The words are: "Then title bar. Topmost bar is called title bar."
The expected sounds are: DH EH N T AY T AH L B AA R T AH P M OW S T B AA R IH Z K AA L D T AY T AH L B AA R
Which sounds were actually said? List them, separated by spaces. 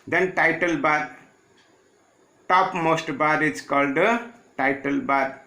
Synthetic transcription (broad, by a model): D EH N T AY T AH L B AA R T AH P M OW S T B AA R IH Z K AA L D T AY T AH L B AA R